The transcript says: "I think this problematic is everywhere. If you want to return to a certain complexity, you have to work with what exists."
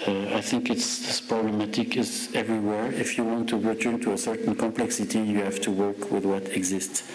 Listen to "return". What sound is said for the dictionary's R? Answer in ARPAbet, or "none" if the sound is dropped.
R